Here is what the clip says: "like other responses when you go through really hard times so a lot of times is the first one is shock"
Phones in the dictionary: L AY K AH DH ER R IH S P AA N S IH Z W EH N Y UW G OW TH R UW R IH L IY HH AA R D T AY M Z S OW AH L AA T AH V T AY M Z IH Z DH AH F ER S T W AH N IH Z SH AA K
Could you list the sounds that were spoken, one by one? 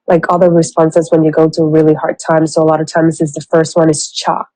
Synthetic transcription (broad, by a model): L AY K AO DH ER R IH S P AA N S IH Z W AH N Y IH G OW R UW R IH L IY HH AA R D T AY M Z S OW AH L AA T AH V T AY M Z IH Z DH AH F ER S T W AH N IH Z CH AA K